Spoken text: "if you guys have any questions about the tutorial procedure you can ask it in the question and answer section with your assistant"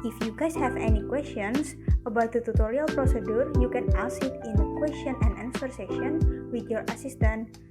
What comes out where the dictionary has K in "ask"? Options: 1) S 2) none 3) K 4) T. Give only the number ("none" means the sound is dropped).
2